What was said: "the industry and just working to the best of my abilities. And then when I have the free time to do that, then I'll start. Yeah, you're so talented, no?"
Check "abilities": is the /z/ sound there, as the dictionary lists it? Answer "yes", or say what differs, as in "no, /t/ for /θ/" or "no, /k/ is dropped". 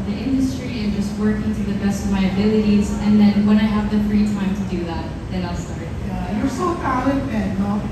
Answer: yes